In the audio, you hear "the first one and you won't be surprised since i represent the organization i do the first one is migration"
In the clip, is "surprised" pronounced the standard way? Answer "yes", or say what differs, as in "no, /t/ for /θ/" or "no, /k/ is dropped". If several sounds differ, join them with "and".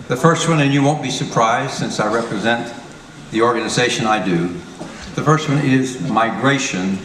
yes